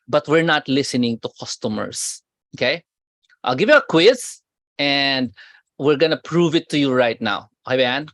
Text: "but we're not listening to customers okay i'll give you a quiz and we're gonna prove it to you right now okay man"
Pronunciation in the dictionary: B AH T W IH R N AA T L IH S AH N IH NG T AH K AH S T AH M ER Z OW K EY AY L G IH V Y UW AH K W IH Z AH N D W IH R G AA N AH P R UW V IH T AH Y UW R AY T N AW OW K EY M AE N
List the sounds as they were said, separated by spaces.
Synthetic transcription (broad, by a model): B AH T W IH R N AA T L IH S AH N IH NG T AH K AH S T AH M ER S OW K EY AY L G IH V Y UW AH K W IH S AH N D W IH R G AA N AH P R UW V IH T AH Y UW R AY T N AW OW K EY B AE N